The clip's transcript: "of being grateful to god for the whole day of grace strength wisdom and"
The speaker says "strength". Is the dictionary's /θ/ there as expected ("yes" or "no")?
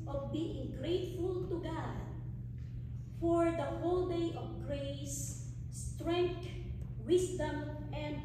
no